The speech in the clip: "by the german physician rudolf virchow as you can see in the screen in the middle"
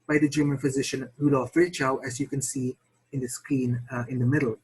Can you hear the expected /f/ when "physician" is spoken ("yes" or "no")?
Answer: yes